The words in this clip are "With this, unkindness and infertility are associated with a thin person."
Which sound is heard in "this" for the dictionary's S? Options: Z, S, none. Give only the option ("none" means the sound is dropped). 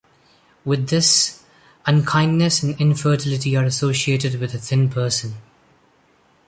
S